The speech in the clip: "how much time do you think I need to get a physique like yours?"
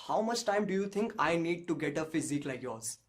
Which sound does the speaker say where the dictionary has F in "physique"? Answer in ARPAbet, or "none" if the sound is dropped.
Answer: F